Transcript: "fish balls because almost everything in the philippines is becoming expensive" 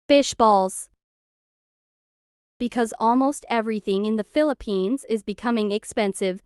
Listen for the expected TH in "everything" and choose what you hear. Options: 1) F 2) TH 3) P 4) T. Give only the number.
2